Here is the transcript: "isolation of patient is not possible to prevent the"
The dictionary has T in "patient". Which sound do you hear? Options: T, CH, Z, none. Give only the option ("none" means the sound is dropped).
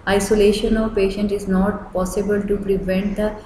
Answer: T